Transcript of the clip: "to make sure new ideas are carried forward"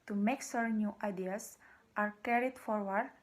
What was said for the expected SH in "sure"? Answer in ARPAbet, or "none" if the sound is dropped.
S